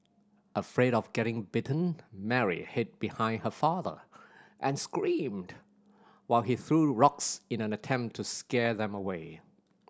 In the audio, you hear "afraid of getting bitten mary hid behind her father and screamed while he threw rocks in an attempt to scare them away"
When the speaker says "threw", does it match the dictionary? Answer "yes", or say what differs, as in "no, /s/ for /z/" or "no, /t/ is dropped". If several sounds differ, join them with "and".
yes